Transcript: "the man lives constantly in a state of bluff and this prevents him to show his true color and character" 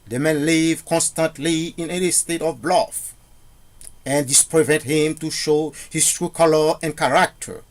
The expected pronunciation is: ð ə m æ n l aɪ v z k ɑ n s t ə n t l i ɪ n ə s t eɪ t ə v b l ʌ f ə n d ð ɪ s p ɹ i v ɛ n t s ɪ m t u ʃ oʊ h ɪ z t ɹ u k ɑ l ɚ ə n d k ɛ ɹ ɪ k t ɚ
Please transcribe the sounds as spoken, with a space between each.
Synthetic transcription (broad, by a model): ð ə m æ n l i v k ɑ n s t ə n t l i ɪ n ə s t eɪ t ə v b l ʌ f ə n d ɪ s p ɹ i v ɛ n t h ɪ m t u ʃ oʊ h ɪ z t ɹ u k ɑ l ɚ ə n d k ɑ ɹ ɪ k t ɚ